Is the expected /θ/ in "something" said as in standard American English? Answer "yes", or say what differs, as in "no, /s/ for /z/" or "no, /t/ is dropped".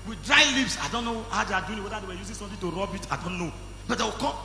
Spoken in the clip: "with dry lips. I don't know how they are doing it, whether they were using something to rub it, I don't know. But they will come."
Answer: no, /t/ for /θ/